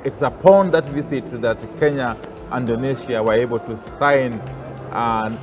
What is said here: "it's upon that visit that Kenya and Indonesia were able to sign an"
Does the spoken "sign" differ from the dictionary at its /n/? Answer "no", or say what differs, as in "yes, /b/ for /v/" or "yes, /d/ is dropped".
yes, /n/ is dropped